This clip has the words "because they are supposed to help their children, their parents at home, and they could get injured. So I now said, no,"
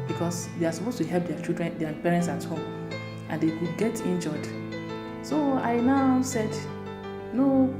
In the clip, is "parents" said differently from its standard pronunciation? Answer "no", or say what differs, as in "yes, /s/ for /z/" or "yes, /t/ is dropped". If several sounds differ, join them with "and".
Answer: no